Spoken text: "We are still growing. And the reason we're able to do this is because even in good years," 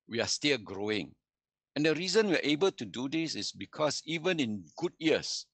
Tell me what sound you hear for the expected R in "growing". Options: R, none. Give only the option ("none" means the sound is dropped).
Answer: R